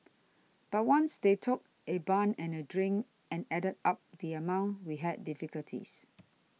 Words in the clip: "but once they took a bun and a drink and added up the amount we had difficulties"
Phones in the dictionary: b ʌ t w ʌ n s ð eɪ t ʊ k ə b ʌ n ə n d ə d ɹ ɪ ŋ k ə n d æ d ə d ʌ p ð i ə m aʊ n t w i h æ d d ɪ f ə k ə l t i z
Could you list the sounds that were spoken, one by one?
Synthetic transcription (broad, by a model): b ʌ t w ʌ n s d eɪ t ʊ k ə b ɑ n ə n ə d ɹ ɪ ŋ ə n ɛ d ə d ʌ p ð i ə m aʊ n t w i h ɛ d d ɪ f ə k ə l t i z